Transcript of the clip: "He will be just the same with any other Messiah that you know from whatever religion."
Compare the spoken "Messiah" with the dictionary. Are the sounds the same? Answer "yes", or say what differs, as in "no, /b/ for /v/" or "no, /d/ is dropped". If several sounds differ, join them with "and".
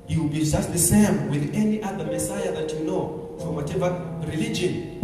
yes